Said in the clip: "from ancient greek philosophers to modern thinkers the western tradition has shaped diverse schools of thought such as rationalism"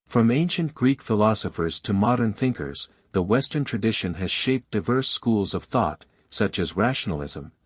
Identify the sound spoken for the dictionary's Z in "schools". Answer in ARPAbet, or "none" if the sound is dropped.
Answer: Z